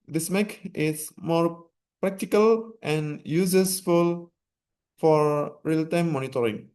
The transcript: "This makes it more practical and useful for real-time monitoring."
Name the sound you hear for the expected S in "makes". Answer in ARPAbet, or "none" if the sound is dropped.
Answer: none